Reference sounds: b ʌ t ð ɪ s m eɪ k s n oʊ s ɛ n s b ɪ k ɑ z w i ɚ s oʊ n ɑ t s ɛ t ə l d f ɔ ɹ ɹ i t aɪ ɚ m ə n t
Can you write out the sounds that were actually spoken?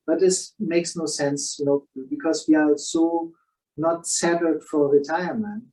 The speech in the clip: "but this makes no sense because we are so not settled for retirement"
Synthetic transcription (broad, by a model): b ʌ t ð ɪ s m eɪ k s n oʊ s ɛ n s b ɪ k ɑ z w i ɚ s oʊ n ɑ t s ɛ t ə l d f ɔ ɹ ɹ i t aɪ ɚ m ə n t